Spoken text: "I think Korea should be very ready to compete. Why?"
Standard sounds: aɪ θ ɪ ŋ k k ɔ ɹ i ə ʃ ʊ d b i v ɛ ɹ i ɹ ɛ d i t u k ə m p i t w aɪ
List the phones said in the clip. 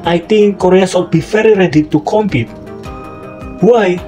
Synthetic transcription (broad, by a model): aɪ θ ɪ ŋ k k ɔ ɹ i ə s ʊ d b i v ɛ ɹ i ɹ ɛ d i t u k ə m p i t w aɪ